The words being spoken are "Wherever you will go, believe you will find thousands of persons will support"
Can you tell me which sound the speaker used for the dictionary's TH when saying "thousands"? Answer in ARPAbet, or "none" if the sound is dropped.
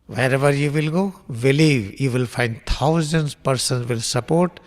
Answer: T